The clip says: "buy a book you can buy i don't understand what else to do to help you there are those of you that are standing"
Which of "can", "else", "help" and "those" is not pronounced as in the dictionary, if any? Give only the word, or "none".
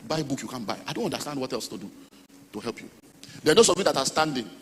those